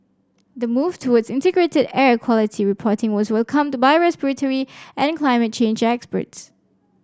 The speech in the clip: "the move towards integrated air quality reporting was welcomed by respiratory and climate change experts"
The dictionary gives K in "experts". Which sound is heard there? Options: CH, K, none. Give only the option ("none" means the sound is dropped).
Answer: K